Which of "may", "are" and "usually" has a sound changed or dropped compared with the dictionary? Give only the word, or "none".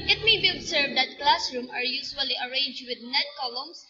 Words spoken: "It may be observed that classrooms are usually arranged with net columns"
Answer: usually